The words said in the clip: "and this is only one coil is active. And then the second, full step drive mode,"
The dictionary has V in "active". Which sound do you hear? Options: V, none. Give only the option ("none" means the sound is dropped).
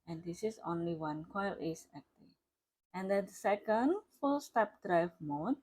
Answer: none